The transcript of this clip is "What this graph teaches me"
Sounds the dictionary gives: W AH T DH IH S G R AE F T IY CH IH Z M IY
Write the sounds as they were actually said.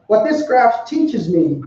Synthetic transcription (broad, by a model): W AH T DH IH S G R AE F T IY CH IH Z M IY